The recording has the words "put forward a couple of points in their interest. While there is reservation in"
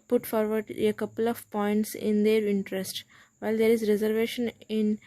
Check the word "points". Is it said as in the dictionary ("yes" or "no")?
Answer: yes